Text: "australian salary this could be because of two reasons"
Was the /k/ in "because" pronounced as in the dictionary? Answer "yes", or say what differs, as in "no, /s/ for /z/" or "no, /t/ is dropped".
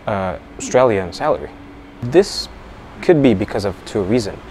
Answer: yes